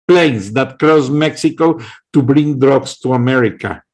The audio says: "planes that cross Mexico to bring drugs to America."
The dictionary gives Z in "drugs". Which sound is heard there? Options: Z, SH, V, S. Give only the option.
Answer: S